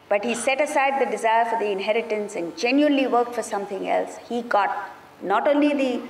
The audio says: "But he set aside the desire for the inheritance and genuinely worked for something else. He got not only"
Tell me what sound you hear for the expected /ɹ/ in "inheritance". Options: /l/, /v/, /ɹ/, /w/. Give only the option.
/ɹ/